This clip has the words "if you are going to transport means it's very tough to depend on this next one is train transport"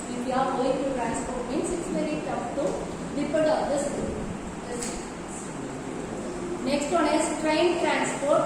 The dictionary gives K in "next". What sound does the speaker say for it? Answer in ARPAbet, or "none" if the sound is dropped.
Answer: K